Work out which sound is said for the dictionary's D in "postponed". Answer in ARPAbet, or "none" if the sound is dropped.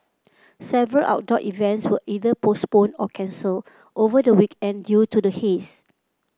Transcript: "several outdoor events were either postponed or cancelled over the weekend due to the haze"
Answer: none